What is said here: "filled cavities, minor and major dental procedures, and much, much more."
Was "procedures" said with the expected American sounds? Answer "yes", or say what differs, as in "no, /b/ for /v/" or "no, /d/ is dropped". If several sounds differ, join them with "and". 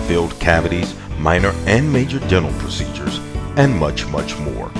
yes